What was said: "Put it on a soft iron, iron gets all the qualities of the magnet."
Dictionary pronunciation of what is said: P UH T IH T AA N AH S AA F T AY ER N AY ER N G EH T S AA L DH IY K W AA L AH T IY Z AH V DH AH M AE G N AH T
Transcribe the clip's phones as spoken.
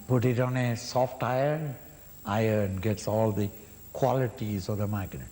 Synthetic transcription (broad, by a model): P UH T IH T AA N AH S AA F T AY ER N AY ER N G EH T S AA L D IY K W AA L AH T IY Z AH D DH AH M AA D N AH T